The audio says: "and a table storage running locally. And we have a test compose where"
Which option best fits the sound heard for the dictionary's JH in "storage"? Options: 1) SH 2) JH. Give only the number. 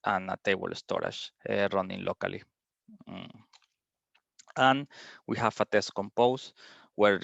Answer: 1